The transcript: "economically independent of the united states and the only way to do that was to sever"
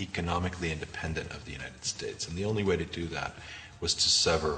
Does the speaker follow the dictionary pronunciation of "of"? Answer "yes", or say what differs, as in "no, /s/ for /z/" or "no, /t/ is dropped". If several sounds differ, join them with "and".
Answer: yes